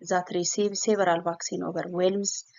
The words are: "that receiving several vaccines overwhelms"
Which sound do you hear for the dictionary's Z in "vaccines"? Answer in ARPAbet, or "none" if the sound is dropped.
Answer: none